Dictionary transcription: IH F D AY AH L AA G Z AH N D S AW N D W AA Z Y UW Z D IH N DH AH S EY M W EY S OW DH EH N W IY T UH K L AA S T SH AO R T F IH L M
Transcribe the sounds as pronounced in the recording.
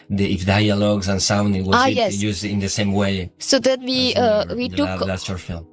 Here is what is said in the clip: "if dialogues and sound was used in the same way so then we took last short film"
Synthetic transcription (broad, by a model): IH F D AY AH L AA G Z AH N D S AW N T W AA S Y UW Z D IH N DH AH S EY M W EY S OW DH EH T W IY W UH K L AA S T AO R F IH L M